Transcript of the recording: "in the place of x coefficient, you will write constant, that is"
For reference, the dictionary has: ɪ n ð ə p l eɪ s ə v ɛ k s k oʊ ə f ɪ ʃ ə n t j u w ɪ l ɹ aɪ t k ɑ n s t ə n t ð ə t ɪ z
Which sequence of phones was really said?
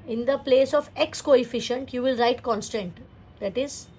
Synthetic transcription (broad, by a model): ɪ n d ə p l eɪ s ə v ɛ k s k oʊ ə f ɪ ʃ ə n t j u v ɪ l ɹ aɪ t k ɑ n s t ə n t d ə t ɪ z